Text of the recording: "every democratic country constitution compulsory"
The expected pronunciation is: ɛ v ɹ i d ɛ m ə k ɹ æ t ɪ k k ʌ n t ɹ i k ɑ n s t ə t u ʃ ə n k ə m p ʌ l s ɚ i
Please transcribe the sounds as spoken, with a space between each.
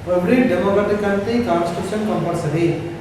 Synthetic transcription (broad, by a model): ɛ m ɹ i d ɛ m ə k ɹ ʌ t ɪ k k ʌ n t i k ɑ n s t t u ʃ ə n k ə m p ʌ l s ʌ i